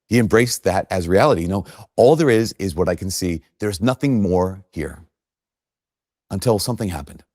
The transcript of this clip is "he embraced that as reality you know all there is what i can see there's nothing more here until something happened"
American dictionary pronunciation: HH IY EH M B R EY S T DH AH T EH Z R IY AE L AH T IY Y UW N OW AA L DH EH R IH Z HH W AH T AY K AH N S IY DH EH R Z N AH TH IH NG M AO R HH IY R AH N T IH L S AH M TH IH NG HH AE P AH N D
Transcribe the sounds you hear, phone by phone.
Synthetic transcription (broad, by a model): HH IY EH M B R EY S DH AH T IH Z R IY AE L AH T IY Y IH N OW AA L DH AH R IH Z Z W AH T AY K N S IY DH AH R Z N AH TH IH NG M AO R HH IY R AH N T IH L S AH M TH IH NG HH AE P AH N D